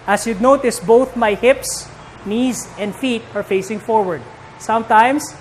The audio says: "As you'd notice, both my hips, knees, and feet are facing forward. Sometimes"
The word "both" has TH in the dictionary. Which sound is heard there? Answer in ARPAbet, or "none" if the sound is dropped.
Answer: TH